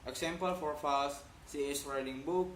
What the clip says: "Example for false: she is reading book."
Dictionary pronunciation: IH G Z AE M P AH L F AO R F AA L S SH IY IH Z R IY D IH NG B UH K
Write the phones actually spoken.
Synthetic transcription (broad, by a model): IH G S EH M P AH L F AO R F AA L S S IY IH S R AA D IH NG B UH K